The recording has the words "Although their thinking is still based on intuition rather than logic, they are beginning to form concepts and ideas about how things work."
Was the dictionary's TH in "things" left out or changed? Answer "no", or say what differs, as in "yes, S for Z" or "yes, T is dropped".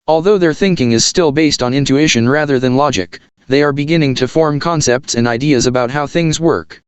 no